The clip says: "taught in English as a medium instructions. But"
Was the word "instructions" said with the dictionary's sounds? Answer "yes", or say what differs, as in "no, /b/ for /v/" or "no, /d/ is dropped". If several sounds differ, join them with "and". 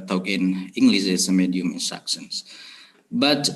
no, /s/ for /ʃ/ and /s/ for /z/